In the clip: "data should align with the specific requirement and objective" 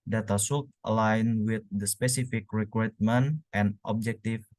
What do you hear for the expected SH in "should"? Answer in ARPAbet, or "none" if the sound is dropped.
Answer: S